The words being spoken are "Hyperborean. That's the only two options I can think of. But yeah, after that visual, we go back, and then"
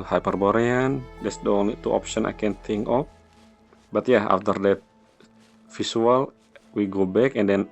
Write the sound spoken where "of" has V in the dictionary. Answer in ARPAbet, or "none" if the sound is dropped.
P